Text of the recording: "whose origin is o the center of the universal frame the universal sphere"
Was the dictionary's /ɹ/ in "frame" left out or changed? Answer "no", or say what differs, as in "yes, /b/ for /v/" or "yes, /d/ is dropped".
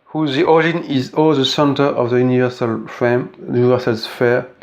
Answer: yes, /ɹ/ is dropped